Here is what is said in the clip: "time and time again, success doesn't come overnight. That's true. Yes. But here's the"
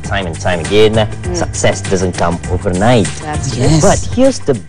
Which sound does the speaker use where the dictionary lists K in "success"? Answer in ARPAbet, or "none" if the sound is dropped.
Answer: K